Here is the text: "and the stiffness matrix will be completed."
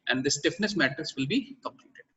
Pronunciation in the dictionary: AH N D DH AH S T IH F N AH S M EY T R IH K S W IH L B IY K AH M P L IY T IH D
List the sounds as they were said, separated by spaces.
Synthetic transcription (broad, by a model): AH N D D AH S T IH F N AH S M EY T IH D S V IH L B IY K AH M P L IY T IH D